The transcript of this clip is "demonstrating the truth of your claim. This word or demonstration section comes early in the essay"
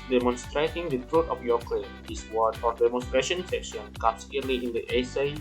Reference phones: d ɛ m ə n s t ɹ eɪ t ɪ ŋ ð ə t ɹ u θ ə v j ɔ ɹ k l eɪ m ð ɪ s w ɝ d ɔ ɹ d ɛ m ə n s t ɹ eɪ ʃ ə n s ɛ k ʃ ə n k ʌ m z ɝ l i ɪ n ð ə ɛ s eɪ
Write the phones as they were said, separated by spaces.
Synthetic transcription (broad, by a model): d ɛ m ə n s t ɹ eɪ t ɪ ŋ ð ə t ɹ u t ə f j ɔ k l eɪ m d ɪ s w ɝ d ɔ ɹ d ɛ m ə n s t ɹ eɪ ʃ ə n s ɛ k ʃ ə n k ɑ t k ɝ l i ɪ n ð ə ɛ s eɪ